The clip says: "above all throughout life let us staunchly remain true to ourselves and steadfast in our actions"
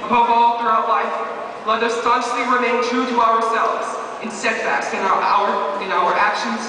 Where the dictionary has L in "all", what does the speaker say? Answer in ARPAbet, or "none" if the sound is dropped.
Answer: L